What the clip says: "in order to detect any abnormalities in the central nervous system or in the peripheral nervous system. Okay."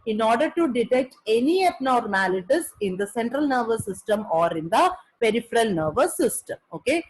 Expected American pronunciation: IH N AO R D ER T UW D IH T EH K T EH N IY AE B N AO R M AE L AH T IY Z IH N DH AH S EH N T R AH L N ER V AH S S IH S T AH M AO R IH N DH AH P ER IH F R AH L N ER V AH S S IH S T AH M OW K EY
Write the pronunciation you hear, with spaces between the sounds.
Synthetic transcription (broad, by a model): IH N AO R D ER T UW D IH T EH K T EH N IY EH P N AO R M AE L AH T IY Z IH N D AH S EH N T R AH L N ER V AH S S IH S T AH M AO R IH N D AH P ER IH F R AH L N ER V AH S S IH S T AH M OW K EY